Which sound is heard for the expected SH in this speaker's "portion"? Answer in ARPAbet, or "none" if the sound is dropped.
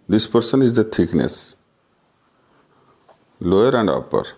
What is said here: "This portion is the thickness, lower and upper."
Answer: S